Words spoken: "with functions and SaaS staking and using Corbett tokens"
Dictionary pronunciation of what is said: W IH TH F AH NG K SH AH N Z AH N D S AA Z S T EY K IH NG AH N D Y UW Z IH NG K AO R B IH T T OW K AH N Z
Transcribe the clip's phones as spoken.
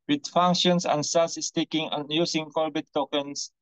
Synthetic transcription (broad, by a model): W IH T F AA NG K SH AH N S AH N S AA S S T EY K IH NG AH N Y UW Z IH NG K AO L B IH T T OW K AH N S